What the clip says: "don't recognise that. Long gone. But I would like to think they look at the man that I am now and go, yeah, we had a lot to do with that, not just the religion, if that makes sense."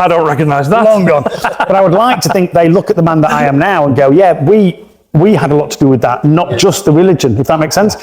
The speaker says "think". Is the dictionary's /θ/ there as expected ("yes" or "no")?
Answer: yes